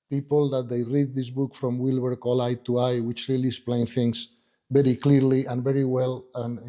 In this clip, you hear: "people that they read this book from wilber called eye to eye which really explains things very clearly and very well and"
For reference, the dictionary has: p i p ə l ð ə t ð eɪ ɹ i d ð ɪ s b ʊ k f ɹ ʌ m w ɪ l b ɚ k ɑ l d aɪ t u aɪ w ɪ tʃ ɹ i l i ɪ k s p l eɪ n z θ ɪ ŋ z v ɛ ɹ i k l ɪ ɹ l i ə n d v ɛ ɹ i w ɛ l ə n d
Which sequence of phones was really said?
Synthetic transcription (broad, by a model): p i p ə l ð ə t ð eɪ ɹ i d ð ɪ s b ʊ k f ɹ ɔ m w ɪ l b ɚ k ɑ l aɪ t u aɪ w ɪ tʃ ɹ i l i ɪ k s p l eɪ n θ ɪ ŋ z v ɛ ɹ i k l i ɹ l i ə n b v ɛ ɹ i w ɛ l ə n